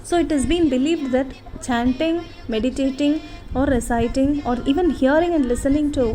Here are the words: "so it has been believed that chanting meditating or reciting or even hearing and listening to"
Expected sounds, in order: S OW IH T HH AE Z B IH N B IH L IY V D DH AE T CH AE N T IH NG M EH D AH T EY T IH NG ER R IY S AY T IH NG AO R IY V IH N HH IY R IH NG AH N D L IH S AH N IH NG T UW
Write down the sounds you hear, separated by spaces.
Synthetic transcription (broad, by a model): S OW IH T HH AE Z B IH N B IH L IY V D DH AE T CH AE N T IH NG M EH D AH T EY T IH NG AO R IY S AY T IH NG AO R IY V IH N HH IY R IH NG AH N D L IH S AH N IH NG T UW